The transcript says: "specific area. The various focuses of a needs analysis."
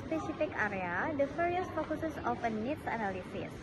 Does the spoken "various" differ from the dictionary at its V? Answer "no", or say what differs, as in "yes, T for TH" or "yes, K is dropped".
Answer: yes, F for V